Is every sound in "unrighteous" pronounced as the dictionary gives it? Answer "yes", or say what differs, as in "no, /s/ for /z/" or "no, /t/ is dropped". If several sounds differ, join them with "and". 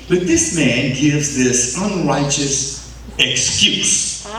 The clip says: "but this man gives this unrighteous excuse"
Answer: yes